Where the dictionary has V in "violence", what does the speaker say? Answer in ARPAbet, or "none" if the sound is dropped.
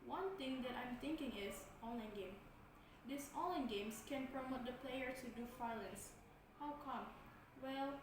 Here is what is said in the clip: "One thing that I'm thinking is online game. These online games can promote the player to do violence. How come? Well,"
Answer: F